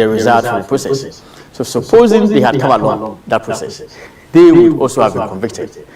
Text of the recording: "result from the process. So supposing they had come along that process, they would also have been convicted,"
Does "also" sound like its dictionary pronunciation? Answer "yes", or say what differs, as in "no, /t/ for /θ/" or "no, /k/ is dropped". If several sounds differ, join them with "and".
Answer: yes